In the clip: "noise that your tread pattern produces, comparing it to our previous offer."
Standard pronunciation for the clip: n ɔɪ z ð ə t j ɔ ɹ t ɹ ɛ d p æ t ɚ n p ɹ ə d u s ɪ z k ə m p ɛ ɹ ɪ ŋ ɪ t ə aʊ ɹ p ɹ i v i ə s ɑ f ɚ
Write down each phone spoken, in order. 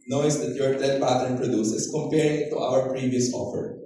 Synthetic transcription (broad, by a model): n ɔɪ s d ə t j ɔ ɹ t ɛ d p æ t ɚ n p ɹ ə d u s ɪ s k ə m p ɛ ɹ ɪ ŋ ɪ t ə aʊ ɹ p ɹ i v i ə s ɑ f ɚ